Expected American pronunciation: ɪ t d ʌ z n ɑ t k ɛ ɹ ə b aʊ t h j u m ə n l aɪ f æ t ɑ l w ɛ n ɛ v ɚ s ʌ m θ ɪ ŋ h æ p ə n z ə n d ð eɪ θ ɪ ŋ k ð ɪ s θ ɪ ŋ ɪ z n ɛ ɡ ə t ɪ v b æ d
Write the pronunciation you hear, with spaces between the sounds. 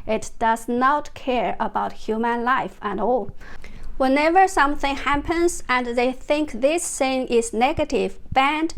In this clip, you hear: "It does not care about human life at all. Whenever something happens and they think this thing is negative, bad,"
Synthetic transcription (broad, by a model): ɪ t d ʌ z n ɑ t k ɛ ɹ ə b aʊ t h j u m ə n l aɪ f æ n ɑ l w ɛ n ɛ v ɚ s ʌ m θ ɪ ŋ h æ p ə n z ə n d ð eɪ θ ɪ ŋ k ð ɪ s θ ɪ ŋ ɪ z n ɛ ɡ ə t ɪ v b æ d